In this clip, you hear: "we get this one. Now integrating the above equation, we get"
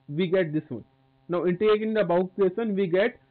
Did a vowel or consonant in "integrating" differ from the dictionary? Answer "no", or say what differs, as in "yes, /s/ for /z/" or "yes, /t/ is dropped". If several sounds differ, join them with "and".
yes, /ɹ/ is dropped